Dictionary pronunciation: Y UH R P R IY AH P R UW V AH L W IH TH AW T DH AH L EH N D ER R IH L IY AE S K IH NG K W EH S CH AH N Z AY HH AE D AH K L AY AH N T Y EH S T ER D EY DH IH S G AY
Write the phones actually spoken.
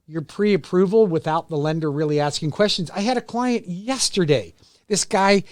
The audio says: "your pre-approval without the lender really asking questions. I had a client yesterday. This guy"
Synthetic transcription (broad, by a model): Y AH R P R IY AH P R UW V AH L W IH TH AW T DH AH L EH N D ER R IH L IY AE S K IH NG K W EH S CH AH N Z AY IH D AH K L AY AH N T Y EH S T ER D EY DH IH S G AY